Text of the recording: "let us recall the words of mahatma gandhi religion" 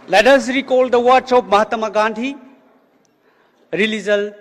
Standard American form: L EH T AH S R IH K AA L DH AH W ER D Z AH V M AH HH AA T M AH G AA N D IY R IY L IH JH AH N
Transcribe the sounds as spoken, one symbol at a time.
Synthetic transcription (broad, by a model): L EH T AH S R IH K AA L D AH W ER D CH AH P M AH HH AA T M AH G AA N D IY R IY L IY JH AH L